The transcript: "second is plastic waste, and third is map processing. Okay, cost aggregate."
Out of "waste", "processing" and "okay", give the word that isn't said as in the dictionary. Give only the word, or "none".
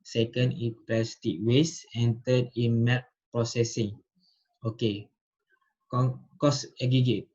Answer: waste